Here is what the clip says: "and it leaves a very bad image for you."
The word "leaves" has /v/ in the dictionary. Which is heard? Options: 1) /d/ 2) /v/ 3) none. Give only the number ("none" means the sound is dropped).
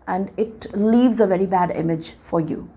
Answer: 2